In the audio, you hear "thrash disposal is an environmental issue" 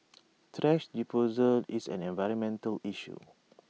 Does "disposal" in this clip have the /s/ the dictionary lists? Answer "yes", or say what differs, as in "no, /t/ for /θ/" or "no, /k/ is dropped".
no, /s/ is dropped